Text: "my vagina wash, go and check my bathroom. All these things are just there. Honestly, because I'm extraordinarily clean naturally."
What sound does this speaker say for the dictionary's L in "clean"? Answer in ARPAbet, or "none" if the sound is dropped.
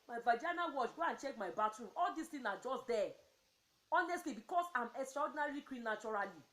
W